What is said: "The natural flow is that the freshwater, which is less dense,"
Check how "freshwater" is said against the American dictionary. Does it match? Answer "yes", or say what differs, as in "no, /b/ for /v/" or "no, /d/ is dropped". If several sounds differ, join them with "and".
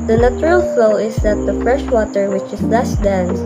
yes